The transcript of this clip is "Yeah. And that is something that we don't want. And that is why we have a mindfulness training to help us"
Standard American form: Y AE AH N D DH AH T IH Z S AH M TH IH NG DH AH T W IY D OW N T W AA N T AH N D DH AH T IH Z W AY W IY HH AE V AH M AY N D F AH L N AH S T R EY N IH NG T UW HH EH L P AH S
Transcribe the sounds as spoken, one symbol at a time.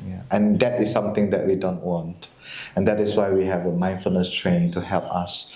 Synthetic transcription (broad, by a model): Y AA AH N D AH T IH S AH M T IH NG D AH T W IY D OW N T W AA N T AH N D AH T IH S W AY W IY HH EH V AH M AY N F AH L N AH S T R EY N IH NG T UW HH EH L P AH S